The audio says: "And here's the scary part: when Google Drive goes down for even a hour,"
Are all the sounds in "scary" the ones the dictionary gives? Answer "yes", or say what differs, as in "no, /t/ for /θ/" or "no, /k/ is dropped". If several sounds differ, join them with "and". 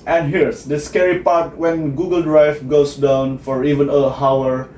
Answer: yes